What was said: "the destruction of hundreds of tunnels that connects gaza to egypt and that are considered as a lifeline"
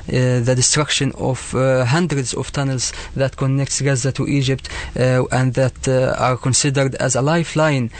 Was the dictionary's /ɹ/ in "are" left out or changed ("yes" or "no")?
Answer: no